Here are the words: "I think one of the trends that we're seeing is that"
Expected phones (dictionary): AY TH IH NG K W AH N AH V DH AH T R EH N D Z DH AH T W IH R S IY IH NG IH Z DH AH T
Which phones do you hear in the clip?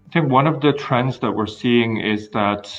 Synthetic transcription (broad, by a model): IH TH IH NG K W AH N AH V DH AH T R EH N D Z DH AH T W IH R S IY IH NG IH Z DH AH T